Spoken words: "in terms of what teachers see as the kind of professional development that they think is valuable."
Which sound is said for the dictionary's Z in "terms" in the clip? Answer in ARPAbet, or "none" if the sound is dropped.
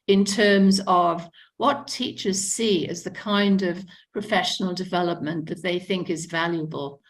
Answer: Z